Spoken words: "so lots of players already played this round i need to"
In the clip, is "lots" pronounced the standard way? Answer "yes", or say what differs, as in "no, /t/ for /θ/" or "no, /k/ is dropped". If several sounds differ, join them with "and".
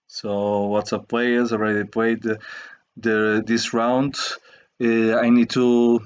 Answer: no, /w/ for /l/